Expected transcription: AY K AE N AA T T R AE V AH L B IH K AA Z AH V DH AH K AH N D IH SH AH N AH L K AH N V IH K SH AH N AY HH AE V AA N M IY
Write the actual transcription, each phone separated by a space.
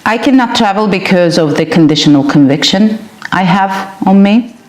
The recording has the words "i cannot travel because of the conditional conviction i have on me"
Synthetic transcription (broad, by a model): AY K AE N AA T T R AE V AH L B IH K AA Z AH V DH AH K AH N D IH SH AH N AH L K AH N V IH K SH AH N AY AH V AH N M IY